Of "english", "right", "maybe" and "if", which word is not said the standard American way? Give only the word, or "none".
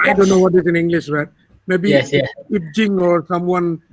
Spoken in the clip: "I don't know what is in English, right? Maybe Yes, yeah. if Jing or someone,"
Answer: if